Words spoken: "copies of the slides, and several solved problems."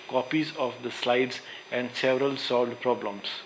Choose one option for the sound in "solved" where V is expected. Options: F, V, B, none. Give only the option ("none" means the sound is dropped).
none